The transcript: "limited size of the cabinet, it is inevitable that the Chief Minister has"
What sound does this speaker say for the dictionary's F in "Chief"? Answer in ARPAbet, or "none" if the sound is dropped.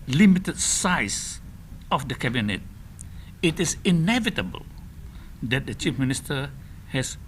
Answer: F